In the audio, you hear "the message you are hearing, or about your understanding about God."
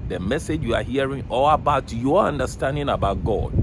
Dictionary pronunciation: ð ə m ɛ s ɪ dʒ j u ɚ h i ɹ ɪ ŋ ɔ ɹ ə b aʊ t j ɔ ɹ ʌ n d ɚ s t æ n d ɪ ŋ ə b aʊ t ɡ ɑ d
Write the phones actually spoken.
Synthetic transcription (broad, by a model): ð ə m ɛ s ɪ dʒ j u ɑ h i ɹ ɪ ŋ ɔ l ə b aʊ t j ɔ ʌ n d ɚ s t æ n d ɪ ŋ ə b aʊ t ɡ ɑ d